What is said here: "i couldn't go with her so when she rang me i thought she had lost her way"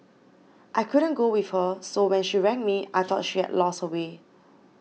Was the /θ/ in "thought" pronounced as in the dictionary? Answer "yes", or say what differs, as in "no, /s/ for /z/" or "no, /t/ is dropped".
no, /t/ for /θ/